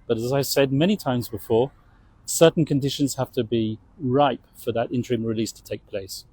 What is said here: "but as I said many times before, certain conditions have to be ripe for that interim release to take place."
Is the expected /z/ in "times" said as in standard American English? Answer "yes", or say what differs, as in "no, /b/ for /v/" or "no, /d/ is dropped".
yes